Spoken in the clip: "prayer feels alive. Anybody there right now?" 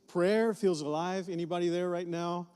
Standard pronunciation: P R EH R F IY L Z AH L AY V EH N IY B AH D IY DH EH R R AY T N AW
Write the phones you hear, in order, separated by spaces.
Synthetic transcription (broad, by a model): P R EH R F IY L Z AH L AY V EH N IY B AH D IY DH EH R R AY T N AW